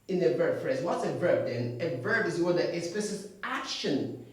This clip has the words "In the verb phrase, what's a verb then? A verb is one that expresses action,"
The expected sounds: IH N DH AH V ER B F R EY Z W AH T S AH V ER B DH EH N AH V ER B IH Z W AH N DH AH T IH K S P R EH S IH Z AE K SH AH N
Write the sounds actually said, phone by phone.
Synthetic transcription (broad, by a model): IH N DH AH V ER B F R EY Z W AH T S AH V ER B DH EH N AH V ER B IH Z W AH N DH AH T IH S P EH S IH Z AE K SH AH N